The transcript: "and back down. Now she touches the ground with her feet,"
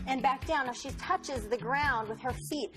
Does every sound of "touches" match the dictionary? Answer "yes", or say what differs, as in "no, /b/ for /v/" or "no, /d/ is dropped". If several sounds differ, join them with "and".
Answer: yes